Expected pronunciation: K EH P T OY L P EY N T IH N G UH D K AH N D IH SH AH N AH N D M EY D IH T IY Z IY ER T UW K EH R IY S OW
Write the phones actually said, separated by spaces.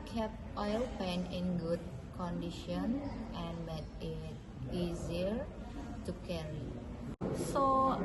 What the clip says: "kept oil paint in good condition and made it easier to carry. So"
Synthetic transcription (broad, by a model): K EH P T OY L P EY N IH N G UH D K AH N D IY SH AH N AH N M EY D IH T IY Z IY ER T UW K EH R IY S OW